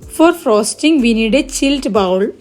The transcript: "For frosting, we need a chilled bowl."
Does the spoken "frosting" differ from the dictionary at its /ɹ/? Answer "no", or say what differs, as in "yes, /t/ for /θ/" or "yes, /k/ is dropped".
no